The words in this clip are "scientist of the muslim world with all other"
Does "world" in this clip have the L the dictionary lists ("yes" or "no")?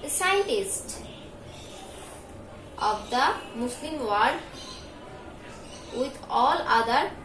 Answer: no